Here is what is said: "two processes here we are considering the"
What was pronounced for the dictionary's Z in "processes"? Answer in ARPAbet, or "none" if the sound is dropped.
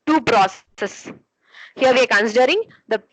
S